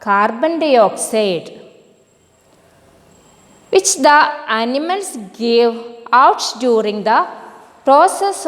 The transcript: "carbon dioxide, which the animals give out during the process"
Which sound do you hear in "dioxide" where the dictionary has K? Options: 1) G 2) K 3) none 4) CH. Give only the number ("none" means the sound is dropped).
2